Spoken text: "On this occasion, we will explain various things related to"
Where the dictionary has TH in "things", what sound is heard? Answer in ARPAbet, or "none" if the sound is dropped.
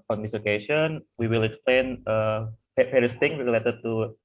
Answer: T